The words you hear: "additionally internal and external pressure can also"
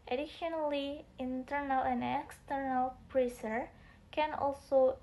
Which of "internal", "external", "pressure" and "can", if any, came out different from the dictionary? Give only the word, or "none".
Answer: pressure